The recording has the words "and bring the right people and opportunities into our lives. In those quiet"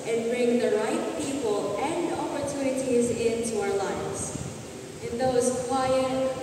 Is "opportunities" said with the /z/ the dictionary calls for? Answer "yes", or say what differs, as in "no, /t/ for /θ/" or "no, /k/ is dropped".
yes